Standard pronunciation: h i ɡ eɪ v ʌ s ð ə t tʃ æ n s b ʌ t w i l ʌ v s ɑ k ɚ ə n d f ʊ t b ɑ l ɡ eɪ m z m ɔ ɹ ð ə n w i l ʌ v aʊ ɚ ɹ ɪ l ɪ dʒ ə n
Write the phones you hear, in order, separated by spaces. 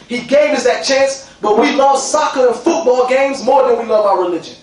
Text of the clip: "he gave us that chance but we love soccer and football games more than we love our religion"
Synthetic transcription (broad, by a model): h i ɡ eɪ v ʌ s ð ə t tʃ æ n s b ʌ t w i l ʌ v s ɑ k ɚ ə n f ʊ t b ɑ l ɡ eɪ m z m ɔ ɹ ð ə n w i l ʌ v aʊ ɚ ɹ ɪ l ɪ dʒ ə n